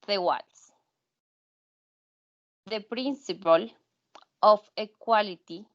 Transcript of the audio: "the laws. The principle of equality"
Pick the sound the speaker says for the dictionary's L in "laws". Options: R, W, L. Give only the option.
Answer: W